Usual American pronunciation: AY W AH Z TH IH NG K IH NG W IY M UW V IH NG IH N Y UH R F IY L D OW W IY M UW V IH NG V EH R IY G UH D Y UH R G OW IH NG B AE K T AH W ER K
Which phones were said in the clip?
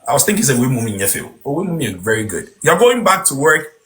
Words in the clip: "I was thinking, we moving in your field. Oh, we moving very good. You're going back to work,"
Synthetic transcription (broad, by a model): AY W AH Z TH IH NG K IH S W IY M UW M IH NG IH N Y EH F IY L OW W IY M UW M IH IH V EH R IY G UH D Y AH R G OW IH NG B AE K T AH W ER K